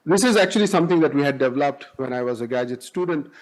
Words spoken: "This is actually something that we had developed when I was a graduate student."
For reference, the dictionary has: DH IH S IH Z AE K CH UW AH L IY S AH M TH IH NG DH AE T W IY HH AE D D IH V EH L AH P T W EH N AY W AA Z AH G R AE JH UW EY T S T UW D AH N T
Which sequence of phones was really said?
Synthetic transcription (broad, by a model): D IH S IH Z AE K CH UW AH L IY S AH M T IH NG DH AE T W IY HH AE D D IH V EH L AH P T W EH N AY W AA Z AH G AE JH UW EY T S T UW D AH N T